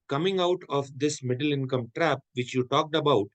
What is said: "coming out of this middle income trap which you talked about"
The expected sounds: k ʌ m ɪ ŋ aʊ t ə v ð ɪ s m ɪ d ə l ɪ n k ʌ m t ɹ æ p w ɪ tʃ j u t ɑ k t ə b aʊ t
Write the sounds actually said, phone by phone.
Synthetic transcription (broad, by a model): k ʌ m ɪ ŋ aʊ t ə v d ɪ s m ɪ d ə l ɪ n k ʌ m t ɹ æ p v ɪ tʃ j u t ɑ k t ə b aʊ t